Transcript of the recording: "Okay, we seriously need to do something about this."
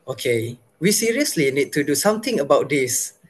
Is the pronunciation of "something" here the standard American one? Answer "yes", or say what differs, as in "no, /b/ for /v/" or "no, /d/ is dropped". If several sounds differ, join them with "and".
no, /t/ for /θ/